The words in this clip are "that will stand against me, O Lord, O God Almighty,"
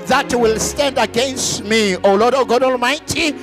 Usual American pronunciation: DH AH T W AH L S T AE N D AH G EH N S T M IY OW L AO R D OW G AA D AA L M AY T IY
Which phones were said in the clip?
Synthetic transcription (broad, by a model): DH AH T W AH L S T AE N D AH G EH N S T M IY OW L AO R D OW G AA D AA L M AY T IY